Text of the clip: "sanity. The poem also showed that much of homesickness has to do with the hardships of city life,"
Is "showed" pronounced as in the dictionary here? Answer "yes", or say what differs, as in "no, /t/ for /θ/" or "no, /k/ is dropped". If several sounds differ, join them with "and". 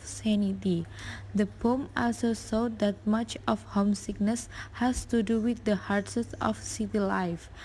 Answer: no, /s/ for /ʃ/